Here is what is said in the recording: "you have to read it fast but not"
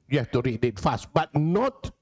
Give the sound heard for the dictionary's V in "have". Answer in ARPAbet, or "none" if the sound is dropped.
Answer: F